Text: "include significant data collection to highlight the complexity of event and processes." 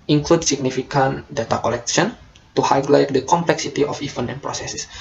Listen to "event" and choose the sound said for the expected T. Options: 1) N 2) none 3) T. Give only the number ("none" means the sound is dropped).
2